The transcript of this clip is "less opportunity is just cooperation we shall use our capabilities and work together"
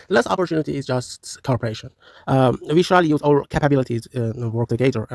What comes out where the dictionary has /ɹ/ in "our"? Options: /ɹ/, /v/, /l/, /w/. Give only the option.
/l/